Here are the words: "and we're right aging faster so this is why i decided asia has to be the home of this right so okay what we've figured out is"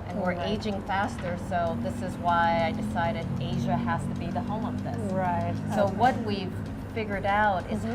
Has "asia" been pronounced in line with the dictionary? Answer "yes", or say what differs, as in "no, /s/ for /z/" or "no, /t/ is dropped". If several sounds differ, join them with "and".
yes